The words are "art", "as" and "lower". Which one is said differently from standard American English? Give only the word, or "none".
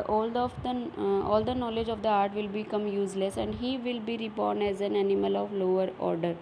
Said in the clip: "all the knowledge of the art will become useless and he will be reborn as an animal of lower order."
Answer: none